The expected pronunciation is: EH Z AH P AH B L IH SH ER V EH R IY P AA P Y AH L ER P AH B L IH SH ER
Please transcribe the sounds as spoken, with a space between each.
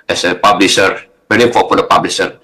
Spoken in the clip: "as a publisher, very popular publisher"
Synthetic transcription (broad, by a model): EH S AH P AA B L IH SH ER B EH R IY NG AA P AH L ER P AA B L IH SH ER